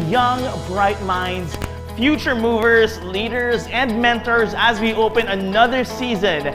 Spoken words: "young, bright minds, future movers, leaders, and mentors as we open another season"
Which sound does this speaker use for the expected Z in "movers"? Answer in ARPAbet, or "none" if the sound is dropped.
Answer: Z